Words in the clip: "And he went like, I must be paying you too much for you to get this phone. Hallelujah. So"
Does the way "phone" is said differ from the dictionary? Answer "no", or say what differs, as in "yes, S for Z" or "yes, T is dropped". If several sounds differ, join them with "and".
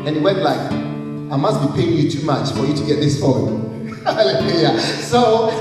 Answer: yes, L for N